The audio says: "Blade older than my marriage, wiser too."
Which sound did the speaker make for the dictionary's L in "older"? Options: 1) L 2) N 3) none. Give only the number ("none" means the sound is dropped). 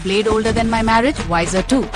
1